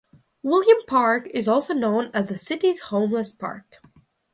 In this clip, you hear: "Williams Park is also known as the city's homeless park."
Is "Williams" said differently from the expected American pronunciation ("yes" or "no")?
yes